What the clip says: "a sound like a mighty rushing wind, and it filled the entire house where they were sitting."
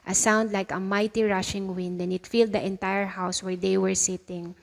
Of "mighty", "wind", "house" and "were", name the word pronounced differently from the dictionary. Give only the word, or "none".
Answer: none